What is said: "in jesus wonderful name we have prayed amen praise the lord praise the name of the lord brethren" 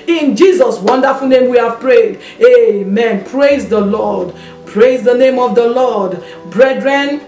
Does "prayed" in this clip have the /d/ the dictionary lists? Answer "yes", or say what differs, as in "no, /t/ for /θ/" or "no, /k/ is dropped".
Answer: yes